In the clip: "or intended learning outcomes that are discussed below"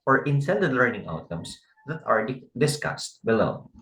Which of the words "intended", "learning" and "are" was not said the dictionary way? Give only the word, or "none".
intended